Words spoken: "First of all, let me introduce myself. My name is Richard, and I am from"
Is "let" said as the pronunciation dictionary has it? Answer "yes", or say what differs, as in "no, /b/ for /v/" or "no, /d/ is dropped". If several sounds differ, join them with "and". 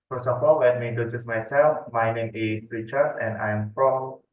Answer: no, /w/ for /l/